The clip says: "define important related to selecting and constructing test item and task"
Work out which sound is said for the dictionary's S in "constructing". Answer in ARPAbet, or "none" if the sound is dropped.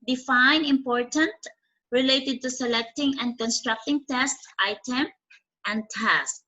S